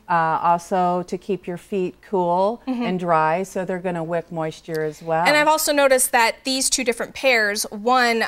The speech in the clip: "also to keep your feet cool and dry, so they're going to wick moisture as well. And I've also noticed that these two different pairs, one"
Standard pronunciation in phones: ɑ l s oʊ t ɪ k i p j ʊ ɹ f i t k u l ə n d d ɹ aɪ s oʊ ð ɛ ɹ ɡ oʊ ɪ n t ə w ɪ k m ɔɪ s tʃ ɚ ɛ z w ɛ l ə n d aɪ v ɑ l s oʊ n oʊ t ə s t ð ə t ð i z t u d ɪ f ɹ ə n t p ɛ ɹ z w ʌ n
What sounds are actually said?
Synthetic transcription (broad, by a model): ɑ l s oʊ t ɪ k i p j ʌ ɹ f i t k u l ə n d d ɹ aɪ s oʊ ð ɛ ɹ ɡ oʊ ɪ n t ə w ɪ k m ɔɪ s tʃ ɚ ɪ z w ɛ l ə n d aɪ v ɑ l s oʊ n oʊ t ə s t ð ə t ð i z t u d ɪ f ɹ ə n p ɛ ɹ z w ʌ n